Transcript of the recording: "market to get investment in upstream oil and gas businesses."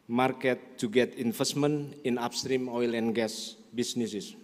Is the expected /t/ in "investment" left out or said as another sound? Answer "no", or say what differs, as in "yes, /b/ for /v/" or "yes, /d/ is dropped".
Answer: yes, /t/ is dropped